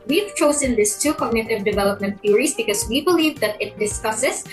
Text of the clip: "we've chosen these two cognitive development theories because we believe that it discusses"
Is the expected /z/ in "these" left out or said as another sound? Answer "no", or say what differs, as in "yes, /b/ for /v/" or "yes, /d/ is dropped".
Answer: yes, /s/ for /z/